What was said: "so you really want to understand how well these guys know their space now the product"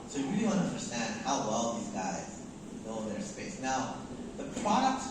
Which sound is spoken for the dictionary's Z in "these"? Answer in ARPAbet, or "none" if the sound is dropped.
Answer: Z